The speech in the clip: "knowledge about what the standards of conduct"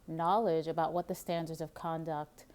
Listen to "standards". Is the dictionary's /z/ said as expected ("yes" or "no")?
yes